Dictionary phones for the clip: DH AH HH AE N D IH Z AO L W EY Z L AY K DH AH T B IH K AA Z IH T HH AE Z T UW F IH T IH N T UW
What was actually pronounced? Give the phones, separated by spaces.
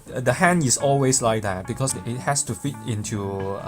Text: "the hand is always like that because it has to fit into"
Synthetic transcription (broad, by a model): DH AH HH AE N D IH S AO L W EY S L AY K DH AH T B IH K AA S IH T HH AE S T UW F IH T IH N T UW